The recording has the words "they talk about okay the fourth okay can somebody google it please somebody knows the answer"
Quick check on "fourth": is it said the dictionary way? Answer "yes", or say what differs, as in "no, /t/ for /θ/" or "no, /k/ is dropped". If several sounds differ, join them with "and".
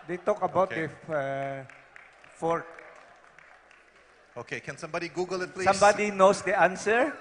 no, /t/ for /θ/